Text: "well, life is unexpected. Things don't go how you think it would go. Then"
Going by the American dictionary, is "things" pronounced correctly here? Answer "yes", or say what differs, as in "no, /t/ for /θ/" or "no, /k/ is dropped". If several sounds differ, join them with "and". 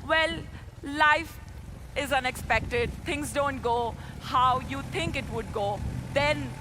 no, /t/ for /θ/